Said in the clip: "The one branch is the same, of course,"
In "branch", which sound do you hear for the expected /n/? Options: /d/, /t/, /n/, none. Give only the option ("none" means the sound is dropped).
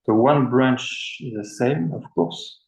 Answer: /n/